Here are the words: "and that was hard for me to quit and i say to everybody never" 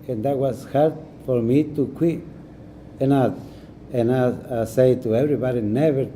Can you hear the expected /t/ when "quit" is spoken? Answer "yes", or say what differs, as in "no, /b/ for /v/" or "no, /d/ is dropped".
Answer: no, /t/ is dropped